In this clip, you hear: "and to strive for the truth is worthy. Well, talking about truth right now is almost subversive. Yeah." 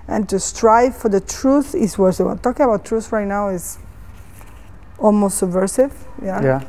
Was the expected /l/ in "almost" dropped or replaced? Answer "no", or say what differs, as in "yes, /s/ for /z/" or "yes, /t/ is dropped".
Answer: no